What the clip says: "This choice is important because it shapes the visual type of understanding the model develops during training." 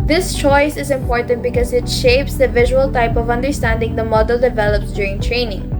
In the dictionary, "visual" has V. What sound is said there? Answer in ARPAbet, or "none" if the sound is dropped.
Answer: V